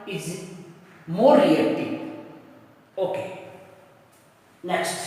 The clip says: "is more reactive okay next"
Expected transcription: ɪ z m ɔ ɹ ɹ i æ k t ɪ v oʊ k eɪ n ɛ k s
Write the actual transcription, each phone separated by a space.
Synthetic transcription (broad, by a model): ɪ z m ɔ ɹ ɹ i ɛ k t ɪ oʊ k eɪ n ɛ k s